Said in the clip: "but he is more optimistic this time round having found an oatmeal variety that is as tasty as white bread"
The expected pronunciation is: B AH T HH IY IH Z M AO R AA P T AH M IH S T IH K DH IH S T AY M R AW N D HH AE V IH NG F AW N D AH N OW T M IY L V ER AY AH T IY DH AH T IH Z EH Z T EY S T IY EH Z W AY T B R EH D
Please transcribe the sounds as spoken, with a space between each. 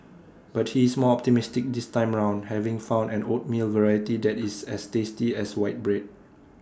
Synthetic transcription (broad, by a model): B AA T HH IY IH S M AO AA P T AH M IH S T IH K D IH S T AY M R AW N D HH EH V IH NG F AW N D AH N OW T M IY L V ER AY AH T IY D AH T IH S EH S T EY S T IY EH S W AY T B R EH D